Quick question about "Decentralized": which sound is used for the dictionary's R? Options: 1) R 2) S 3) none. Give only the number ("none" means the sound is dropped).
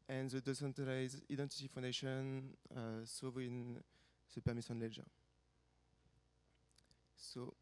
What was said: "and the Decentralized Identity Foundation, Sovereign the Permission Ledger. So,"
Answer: 3